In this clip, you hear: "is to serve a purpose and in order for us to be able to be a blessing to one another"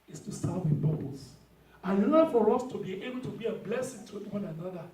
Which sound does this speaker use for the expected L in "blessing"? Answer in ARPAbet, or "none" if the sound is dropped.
L